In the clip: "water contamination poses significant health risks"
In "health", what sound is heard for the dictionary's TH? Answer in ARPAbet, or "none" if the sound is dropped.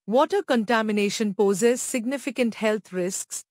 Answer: T